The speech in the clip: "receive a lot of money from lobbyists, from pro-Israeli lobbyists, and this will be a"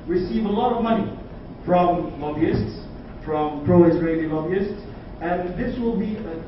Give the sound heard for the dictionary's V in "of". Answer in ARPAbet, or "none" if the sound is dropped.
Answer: V